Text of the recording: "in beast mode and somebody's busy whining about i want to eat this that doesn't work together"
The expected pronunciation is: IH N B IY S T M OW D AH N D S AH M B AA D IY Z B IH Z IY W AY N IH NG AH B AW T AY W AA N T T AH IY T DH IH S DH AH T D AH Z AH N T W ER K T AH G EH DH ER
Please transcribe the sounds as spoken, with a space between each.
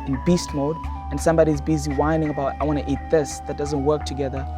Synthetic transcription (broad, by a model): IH N B IY S T M OW D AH N S AH M B AA D IY Z B IH Z IY W AY N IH NG AH B AW T AY W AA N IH T IY T DH IH S DH AH T D AH Z AH N T W ER K T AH G EH DH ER